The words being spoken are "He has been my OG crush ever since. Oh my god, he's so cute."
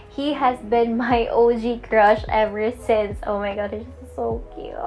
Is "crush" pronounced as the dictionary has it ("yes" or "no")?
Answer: yes